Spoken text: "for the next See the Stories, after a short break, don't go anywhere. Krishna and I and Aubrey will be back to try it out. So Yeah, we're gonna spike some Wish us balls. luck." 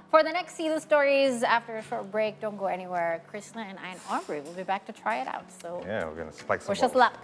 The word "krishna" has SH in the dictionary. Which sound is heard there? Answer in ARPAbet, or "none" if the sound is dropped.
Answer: S